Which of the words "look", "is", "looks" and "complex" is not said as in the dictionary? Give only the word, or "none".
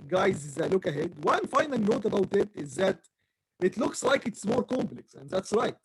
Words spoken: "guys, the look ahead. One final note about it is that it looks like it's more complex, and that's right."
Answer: none